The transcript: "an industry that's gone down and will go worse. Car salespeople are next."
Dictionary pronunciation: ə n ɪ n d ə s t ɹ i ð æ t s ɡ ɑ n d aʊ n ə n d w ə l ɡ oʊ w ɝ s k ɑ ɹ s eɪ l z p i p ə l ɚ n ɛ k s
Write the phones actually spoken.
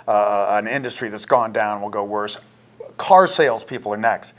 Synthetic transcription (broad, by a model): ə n ɪ n d ə s t ɹ i ð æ t s ɡ ɑ n d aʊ ə n w ə l ɡ oʊ w ɝ s k ɑ ɹ s eɪ l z p i p l ɚ n ɛ k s